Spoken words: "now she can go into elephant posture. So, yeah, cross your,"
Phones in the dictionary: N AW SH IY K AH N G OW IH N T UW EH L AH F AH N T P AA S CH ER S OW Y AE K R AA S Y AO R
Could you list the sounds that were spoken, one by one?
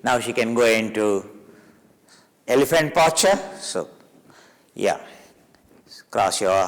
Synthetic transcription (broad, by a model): N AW SH IY K AH N G OW IH N T UW EH L AH F AH N T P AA CH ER S OW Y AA K R AA S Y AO